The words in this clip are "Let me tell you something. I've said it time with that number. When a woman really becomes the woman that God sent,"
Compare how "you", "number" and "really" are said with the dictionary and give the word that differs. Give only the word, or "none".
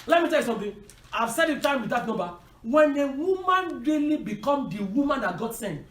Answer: number